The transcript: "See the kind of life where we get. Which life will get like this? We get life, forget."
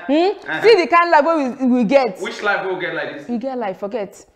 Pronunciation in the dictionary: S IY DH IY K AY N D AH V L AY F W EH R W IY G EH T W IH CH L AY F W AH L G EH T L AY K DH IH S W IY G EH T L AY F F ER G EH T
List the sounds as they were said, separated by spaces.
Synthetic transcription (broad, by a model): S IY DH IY K AY N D L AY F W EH W W IY G EH T W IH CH L AY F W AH W G EH T L AY K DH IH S W IY G EH T L AY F F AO G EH T